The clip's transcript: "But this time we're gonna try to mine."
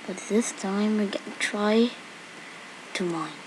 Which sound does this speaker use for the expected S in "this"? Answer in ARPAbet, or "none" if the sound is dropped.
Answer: S